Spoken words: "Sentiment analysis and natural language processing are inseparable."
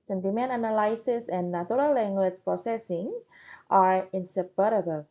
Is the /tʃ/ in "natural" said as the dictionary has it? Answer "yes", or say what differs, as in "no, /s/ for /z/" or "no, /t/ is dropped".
no, /tʃ/ is dropped